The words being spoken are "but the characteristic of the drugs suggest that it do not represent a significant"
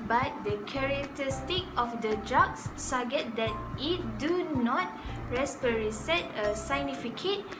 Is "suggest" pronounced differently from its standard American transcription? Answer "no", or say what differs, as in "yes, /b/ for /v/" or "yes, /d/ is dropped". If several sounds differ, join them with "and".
yes, /dʒ/ is dropped and /s/ is dropped